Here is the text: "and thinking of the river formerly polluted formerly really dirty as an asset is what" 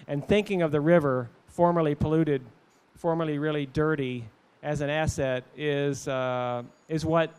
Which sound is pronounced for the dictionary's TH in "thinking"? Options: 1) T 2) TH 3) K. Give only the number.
2